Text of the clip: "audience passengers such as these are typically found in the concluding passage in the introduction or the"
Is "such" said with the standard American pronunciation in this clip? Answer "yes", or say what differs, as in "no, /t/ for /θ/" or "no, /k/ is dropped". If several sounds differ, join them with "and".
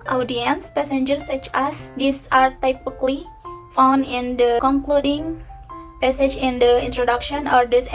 yes